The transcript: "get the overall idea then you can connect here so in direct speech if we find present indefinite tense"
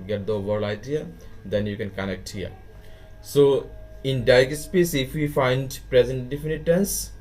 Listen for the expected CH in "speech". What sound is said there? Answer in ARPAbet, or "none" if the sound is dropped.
S